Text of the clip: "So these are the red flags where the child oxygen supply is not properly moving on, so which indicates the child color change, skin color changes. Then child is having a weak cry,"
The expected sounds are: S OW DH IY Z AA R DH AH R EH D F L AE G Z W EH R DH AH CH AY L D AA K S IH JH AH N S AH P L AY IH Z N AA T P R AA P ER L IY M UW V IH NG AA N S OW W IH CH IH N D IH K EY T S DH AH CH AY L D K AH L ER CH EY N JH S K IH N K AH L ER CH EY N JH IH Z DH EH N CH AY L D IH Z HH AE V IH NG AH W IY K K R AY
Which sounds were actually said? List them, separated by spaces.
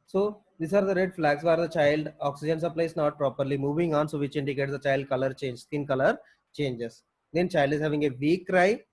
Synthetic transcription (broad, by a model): S OW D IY S AA R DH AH R EH D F L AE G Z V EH R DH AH CH AY L D AA K S IH JH AH N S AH P L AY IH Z N AA T P R AA P ER L IY M UW V IH NG AA N S OW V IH CH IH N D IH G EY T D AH CH AY L D K AH L ER CH EY N JH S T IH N K AH L ER CH EY N JH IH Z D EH N CH AY L D IH Z HH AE V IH NG AH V IY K K R AY